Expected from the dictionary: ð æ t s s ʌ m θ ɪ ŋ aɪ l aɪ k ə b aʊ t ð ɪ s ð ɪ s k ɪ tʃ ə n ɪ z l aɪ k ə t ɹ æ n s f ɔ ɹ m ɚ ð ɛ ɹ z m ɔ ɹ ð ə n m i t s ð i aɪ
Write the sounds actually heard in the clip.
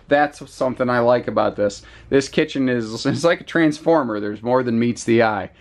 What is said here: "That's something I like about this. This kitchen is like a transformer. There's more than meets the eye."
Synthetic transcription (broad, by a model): ð æ t s s ʌ m θ ɪ ŋ aɪ l aɪ k ə b aʊ t ð ɪ s ð ɪ s k ɪ tʃ ə n ɪ z l aɪ k ə t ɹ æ n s f ɔ ɹ m ɚ ð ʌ ɹ z m ɔ ɹ ð ə n m i t s ð i aɪ